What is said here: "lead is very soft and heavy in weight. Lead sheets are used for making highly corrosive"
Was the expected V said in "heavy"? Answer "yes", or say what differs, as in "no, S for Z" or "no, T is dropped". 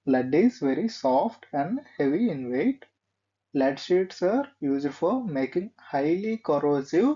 yes